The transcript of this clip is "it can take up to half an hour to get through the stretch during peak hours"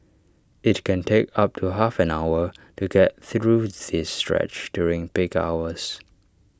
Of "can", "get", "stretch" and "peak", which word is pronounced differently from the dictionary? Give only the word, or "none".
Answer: peak